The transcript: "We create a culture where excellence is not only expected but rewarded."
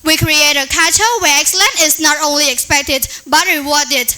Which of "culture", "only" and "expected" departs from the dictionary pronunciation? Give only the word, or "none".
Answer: culture